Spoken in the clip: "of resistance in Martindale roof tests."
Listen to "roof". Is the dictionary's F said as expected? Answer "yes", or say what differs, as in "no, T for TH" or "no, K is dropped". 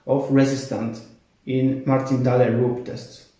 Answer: no, P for F